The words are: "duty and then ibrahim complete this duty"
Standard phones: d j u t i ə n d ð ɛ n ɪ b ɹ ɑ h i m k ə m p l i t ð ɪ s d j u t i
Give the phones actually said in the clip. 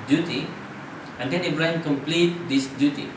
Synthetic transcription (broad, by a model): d j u t i ə n d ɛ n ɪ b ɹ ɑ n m k ə m p l i t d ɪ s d j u t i